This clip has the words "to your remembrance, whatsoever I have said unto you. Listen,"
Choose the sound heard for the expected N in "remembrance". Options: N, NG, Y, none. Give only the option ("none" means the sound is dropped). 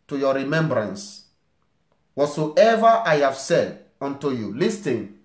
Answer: N